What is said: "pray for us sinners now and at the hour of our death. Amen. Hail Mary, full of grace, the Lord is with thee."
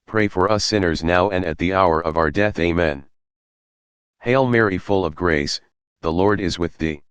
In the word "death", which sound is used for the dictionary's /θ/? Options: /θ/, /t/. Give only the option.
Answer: /θ/